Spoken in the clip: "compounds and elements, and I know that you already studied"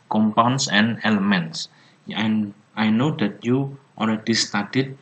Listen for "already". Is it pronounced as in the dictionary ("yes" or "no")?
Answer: no